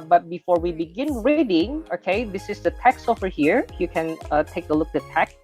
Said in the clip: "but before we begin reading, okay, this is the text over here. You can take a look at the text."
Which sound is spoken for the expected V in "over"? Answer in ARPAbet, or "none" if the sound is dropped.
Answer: F